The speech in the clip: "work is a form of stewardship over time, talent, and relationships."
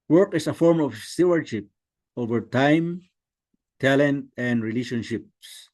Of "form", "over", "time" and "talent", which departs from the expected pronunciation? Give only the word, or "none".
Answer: none